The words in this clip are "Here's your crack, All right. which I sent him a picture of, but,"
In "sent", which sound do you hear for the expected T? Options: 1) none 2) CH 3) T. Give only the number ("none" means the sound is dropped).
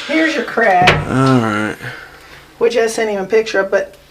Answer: 1